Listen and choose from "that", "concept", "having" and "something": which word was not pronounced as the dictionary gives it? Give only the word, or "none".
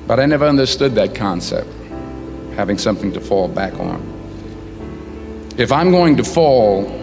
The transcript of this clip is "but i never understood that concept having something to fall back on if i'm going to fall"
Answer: none